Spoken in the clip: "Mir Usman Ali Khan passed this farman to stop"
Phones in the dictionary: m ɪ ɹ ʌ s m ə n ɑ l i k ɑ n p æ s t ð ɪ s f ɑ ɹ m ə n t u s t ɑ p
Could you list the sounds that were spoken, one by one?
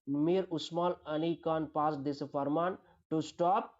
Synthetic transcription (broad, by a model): m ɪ ɹ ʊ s m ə l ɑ n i k ɑ n p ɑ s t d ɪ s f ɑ ɹ m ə n t u s t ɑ p